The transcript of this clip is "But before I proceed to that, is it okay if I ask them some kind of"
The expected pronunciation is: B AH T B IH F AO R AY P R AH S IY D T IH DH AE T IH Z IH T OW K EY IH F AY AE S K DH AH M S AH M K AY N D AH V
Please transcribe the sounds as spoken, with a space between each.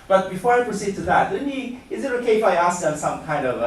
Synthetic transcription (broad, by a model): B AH T B IH F AO R AY P R AH S IY D T IH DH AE T IH Z IH T OW K EY IH F AY AE S K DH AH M S AH M K AY N D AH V